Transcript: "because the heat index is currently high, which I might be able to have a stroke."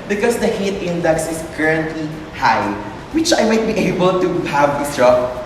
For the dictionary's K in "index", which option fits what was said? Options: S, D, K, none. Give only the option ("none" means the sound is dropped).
K